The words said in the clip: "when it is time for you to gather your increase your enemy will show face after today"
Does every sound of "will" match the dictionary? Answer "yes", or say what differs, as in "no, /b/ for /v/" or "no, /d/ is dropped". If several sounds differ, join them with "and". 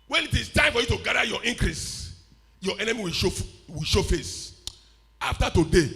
no, /w/ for /l/